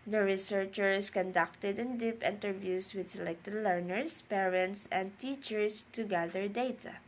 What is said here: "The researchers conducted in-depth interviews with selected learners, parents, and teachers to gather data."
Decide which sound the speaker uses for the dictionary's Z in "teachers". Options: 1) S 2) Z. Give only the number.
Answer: 1